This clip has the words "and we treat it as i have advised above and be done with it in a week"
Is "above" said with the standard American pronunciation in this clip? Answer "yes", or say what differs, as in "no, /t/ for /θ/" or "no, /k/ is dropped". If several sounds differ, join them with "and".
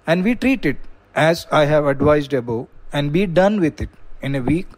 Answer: no, /v/ is dropped